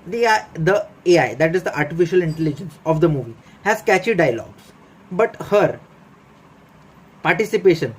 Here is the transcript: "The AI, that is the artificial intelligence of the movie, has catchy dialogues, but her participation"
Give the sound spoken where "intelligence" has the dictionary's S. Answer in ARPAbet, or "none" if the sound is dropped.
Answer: S